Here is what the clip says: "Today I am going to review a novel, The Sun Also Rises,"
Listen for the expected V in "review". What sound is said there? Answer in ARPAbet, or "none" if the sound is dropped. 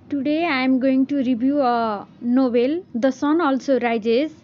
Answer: B